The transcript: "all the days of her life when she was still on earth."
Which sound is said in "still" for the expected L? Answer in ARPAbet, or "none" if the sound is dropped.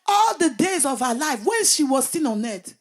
N